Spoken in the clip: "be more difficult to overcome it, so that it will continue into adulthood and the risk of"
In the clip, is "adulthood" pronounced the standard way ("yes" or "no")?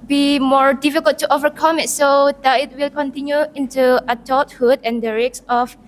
no